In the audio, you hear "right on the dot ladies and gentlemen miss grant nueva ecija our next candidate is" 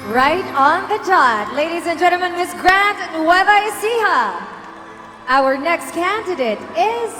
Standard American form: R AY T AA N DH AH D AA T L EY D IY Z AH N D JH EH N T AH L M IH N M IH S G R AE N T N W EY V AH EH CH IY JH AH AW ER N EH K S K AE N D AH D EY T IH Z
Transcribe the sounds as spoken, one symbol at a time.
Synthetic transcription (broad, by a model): R AY T N DH AH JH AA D L EY D IY Z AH N JH EH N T L M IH N M IH S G R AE N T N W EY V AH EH S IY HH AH AW ER N EH K S K AE N D AH D EY T IH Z